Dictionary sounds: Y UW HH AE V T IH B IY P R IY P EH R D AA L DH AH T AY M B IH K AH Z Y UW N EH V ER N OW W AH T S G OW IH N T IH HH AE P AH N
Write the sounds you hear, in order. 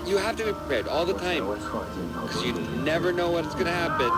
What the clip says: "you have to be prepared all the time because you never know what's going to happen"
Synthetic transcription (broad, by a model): Y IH HH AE F T IH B IY P R IY P EH R D AA L DH AH T AY M K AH Z Y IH N EH V ER N OW W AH T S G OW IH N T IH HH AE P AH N